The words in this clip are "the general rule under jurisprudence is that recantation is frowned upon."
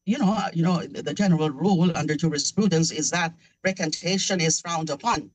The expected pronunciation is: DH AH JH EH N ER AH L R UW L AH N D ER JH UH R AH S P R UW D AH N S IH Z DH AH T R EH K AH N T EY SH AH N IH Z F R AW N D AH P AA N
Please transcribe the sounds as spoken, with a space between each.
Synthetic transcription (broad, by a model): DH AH JH EH N ER AH L R UW L AH N D ER JH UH R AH S P R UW D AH N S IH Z DH AH T R EH K AH N T EY SH AH N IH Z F AW N D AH P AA N